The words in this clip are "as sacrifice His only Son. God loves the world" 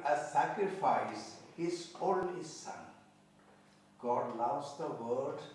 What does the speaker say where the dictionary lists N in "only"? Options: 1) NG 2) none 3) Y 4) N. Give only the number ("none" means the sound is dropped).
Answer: 2